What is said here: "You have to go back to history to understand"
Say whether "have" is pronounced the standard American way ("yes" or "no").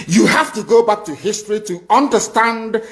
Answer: no